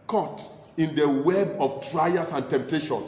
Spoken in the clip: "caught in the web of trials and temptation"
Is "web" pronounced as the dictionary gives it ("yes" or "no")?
yes